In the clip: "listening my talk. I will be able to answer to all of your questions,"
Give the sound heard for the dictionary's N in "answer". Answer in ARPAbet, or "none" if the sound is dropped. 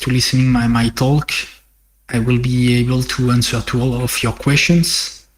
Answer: N